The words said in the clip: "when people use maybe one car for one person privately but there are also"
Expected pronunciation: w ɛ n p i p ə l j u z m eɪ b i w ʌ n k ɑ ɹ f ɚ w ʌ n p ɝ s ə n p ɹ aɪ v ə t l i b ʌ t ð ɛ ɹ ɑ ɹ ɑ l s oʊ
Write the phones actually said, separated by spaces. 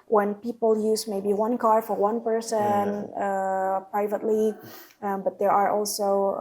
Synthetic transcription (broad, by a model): w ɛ n p i p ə l j u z m eɪ b i w ʌ n k ɑ ɹ f ɚ w ʌ n p ɝ s ə n p ɹ aɪ v ə t l i b ʌ t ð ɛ ɹ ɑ ɹ ɑ l s oʊ